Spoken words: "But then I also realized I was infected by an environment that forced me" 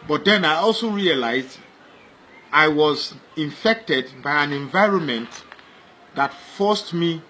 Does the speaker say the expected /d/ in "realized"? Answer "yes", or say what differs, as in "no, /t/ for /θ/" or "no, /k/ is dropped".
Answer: yes